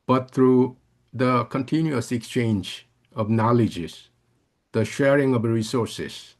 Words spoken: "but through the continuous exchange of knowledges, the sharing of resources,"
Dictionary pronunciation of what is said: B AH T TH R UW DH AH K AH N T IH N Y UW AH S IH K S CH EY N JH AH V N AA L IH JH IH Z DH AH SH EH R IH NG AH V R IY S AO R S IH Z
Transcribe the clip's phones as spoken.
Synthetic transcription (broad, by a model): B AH T T R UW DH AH K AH N T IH N Y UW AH S IH K S CH EY N JH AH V N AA L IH JH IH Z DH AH SH EH R IH NG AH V R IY S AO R S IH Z